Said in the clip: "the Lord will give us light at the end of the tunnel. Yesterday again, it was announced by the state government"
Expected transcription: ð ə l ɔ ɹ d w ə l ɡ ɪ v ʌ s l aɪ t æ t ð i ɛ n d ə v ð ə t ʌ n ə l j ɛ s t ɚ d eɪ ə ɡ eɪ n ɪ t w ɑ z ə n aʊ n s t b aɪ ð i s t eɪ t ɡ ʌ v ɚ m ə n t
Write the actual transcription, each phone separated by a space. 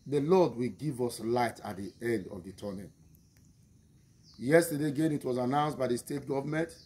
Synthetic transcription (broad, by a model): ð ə l ɔ d w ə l ɡ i v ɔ s l aɪ t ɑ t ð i ɛ n d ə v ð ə t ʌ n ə n j ɛ s t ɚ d eɪ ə ɡ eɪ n ɪ t w ɑ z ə n aʊ n s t b aɪ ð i s t eɪ t ɡ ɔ v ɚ m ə n t